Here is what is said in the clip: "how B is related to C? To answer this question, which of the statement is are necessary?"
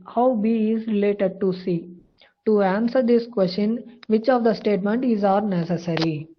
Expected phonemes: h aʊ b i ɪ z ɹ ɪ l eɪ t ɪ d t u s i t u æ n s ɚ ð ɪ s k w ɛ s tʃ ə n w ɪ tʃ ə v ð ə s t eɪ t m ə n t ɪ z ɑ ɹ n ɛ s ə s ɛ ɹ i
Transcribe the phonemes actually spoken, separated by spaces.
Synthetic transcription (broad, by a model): h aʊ b i ɪ z ɹ ɪ l eɪ t ɪ d t u s i t u æ n s ɚ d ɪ s k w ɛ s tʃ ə n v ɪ tʃ ə v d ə s t eɪ t m ə n t ɪ z ɑ ɹ n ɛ s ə s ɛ ɹ i